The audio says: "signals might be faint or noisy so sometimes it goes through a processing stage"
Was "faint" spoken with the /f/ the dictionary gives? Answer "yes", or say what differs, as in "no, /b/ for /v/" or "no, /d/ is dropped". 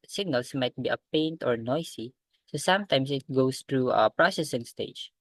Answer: no, /p/ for /f/